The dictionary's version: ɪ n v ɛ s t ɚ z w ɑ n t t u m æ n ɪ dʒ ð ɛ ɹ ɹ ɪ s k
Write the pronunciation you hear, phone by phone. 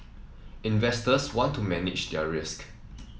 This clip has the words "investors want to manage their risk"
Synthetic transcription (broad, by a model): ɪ n v ɛ s t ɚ s w ɑ n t t u m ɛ n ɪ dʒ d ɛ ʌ ɹ ɪ s k